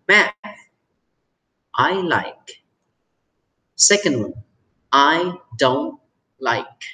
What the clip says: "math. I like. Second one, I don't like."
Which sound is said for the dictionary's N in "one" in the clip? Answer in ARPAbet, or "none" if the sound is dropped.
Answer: none